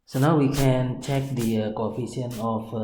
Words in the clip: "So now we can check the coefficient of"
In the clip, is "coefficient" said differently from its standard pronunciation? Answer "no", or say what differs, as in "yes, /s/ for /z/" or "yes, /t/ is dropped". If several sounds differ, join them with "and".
yes, /t/ is dropped